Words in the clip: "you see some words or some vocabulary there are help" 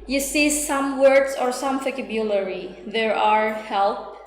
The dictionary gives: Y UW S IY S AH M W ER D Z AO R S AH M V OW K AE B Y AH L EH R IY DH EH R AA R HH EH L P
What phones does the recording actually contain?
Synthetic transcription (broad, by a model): Y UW S IY S AH M W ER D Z AO R S AH M F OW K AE B Y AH L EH R IY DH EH R AA R HH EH L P